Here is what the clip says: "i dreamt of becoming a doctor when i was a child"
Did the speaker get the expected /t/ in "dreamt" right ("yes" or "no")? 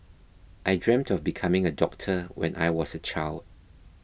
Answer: yes